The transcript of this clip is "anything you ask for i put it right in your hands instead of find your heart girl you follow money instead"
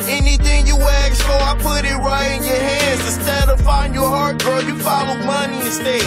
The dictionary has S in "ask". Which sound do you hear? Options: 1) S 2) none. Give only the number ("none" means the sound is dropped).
2